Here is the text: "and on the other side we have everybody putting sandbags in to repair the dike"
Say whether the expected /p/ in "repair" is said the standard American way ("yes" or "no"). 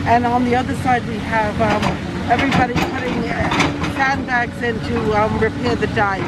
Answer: yes